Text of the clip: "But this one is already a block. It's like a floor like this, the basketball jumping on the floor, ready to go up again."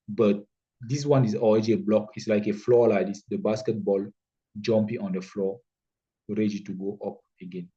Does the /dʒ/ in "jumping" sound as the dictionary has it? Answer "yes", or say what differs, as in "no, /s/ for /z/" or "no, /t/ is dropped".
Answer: yes